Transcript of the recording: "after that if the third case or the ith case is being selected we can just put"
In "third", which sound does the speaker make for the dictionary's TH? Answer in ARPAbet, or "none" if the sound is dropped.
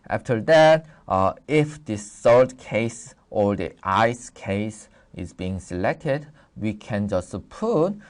S